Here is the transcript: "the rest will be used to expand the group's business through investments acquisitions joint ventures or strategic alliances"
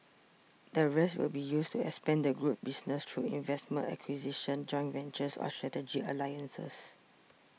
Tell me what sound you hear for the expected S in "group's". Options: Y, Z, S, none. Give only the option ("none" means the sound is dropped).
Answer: none